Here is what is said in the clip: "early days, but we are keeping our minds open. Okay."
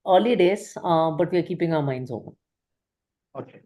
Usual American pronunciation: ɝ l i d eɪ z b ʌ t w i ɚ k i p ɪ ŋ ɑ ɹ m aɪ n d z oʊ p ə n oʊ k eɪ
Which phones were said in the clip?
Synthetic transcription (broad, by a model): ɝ l i d eɪ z b ʌ t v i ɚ k i p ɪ ŋ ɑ m aɪ n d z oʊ ə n oʊ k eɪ